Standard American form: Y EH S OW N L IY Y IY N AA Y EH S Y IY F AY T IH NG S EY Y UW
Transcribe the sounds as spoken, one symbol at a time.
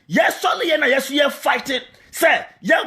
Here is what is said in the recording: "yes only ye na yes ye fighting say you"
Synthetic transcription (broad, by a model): Y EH S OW L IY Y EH N AA Y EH S Y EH F AY T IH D S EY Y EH